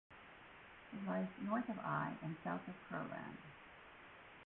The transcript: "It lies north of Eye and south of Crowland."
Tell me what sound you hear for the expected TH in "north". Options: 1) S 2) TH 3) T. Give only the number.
2